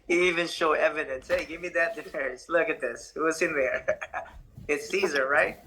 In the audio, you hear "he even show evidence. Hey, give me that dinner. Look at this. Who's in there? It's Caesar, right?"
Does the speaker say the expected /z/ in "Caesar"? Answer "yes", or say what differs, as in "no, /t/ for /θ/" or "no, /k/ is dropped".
yes